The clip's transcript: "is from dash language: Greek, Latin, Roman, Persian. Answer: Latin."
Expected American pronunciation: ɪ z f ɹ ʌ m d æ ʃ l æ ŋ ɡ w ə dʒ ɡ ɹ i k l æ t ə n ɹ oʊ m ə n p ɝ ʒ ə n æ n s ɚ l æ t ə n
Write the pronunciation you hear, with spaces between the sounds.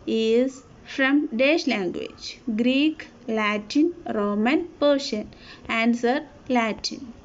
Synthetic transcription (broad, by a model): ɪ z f ɹ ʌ m d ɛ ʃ l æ ŋ ɡ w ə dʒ ɡ ɹ i k l æ t ə n ɹ oʊ m ə n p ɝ ʃ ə n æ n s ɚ l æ t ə n